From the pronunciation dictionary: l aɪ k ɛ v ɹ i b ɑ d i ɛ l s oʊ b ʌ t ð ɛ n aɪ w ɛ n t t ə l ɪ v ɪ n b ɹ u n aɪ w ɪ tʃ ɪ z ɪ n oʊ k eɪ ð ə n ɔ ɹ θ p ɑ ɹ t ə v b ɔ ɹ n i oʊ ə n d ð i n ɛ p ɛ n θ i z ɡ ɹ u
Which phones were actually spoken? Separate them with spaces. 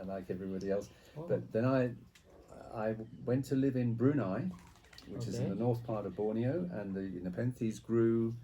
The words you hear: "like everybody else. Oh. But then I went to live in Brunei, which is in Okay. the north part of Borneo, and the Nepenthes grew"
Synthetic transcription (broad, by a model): l aɪ k ɛ v ɹ i b ɑ d i ɛ l s b ʌ t ð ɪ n aɪ w ɛ n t t ə l ɪ v ɪ n b ɹ u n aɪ w ɪ tʃ ɪ z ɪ n ð ə n ɔ ɹ θ p ɑ ɹ t ə v b ɔ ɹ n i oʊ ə n ð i n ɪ p ɛ n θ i z ɡ ɹ u